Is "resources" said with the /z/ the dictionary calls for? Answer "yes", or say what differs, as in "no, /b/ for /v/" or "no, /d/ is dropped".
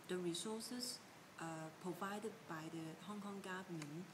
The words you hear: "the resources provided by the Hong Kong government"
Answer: no, /z/ is dropped